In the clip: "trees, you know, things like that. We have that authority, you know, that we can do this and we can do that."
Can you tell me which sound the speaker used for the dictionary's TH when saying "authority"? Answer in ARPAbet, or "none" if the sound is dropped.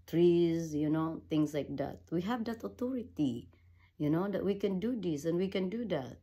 T